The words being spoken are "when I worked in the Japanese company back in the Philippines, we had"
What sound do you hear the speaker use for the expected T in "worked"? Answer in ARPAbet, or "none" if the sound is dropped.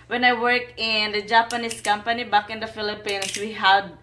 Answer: none